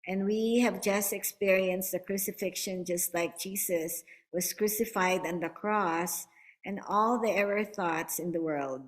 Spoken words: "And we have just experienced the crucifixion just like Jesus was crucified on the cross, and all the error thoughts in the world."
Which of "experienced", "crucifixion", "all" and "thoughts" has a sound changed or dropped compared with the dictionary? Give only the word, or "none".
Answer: none